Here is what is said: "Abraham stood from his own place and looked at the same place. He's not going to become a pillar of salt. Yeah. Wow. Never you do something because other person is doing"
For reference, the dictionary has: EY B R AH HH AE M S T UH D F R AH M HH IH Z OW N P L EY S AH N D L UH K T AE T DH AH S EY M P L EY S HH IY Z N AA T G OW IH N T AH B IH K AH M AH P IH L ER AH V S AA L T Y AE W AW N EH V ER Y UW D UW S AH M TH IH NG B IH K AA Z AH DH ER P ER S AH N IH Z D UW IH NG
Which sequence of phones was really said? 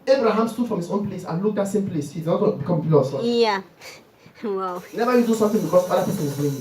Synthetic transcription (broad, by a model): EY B R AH HH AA M S T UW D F R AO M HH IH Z OW N P L EY S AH N L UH K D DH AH S EY M P L EY S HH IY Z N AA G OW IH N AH B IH K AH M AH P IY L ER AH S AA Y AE W AW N EH V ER Y UW D UW S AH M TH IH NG B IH K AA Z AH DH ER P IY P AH L IH Z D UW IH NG